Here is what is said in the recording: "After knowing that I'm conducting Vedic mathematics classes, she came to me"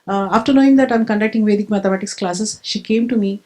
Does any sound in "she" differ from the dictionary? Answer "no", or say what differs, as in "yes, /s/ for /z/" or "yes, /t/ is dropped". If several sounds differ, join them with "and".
no